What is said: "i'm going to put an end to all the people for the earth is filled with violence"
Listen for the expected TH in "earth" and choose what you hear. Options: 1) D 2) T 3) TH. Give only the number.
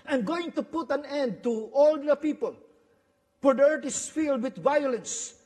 2